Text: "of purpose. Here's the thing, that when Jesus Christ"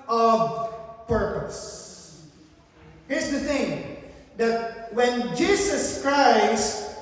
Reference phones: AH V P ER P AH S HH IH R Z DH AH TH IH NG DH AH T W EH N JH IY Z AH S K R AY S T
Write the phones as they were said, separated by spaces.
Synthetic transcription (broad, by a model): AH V P ER P AH S HH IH R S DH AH TH IH NG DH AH T W EH N JH IY S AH S K R AY S T